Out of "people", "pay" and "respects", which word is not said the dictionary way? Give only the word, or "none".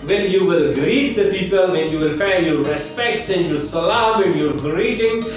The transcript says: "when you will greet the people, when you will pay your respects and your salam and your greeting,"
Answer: pay